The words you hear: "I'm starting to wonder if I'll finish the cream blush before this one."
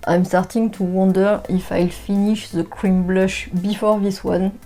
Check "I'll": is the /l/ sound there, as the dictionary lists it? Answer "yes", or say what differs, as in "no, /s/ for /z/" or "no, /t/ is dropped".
yes